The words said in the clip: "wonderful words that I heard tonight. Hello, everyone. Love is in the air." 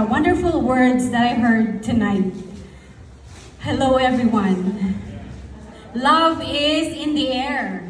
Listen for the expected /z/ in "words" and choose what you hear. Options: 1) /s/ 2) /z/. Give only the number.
2